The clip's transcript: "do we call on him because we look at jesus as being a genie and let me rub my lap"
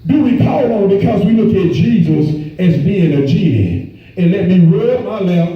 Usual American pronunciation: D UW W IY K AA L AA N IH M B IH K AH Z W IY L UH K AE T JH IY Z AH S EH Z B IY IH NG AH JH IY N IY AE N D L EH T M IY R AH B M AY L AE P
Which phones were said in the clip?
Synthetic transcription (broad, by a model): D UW W IY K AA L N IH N B IH K AH Z W IY L UH K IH T JH IY Z AH S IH Z B IY IH NG AH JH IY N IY N L EH T M IY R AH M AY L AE